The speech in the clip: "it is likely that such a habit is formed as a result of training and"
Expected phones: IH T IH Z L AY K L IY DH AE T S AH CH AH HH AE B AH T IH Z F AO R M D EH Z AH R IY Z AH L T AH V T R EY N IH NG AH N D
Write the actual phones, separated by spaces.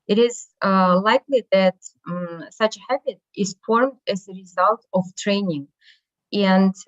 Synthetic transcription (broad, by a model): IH T IH Z L AY K L IY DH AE T S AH CH AH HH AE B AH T IH Z F AO R M D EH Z AH R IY Z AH L T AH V T R EY N IH NG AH N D